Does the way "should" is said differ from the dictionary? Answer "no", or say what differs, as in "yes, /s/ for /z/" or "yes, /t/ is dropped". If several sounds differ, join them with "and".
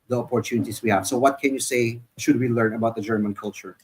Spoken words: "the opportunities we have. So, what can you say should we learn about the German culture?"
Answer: no